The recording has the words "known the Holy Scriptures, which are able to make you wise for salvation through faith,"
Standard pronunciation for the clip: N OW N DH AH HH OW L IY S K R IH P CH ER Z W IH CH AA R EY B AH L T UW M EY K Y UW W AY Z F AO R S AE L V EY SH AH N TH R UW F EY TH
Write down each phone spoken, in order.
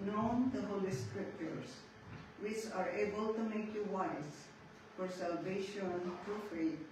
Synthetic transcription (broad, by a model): N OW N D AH HH OW L IY S K R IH P CH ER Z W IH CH AA R EY B AH L T UW M EY K Y UW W AY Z F AO R S AE L V EY SH AH N T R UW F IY